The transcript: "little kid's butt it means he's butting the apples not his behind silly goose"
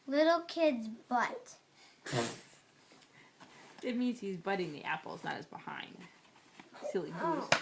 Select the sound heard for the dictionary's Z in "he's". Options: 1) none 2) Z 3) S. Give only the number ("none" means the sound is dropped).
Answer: 2